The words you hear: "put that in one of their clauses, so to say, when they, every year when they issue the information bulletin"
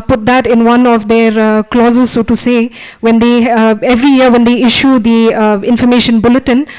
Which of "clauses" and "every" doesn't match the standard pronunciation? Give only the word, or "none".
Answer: none